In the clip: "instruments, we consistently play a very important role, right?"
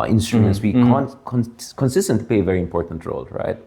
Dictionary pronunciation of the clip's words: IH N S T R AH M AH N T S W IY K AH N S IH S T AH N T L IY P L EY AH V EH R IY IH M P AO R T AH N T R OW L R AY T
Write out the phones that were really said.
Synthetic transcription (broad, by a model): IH N S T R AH M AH N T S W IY K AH N S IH S T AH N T IY P L EY AH V EH R IY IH M P AO R T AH N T R OW L R AY T